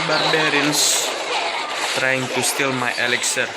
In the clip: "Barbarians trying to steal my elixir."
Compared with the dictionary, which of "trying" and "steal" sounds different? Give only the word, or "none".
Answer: none